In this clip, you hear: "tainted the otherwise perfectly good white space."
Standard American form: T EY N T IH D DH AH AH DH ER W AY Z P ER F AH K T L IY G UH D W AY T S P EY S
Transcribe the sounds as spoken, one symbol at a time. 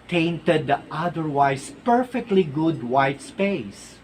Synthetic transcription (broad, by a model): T EY N T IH D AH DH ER W AY S P ER F AH K T L IY G UH D W AY T S P EY S